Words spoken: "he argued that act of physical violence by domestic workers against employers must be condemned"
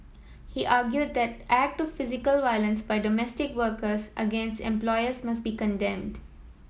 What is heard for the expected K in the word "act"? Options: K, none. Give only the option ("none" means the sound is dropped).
K